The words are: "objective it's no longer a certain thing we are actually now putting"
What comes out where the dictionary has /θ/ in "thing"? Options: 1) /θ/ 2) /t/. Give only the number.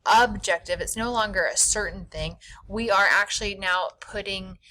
1